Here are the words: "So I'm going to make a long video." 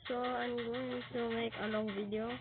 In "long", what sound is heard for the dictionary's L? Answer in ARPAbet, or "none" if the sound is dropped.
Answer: N